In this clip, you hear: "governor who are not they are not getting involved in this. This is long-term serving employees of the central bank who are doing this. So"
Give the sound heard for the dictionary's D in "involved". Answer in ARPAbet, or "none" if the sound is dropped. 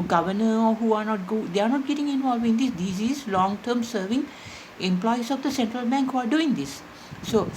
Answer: none